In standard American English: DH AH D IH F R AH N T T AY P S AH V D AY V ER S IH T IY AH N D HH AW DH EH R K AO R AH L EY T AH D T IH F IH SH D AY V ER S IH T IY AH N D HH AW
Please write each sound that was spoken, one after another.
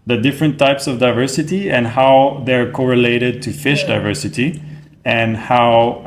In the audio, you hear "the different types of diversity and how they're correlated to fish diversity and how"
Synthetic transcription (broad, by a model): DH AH D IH F R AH N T T AY P S AH V D AY V ER S IH T IY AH N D HH AW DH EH R K AO R AH L EY T AH D T IH F IH SH D AY V ER S IH T IY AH N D HH AW